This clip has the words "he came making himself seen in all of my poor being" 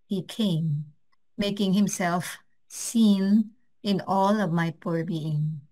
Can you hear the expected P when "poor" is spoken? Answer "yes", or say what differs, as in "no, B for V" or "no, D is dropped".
yes